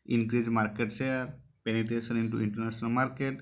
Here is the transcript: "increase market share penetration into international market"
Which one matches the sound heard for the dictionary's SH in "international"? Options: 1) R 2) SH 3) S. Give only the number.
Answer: 3